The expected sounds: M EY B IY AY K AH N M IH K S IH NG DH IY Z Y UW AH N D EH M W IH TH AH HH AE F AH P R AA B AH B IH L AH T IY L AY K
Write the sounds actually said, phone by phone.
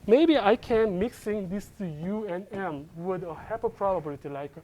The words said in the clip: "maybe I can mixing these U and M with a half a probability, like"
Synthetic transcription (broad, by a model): M EY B IY AY K AH N M IH K S IH NG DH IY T Y UW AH N EH M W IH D AH HH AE P AH P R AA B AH B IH L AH T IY L AY K